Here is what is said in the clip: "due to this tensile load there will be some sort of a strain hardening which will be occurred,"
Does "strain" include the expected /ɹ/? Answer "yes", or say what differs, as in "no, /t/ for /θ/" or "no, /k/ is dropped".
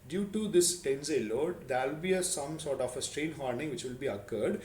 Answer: yes